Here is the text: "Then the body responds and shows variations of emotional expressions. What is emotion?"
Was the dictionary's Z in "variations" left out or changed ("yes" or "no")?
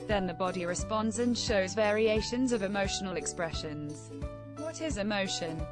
no